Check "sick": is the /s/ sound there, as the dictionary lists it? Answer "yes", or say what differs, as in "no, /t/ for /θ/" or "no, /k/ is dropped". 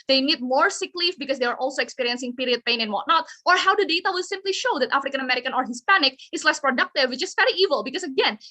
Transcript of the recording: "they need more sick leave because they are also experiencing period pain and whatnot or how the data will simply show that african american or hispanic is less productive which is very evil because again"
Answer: yes